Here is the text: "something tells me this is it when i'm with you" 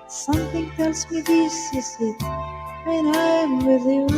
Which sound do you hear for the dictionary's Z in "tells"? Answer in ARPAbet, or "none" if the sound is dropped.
S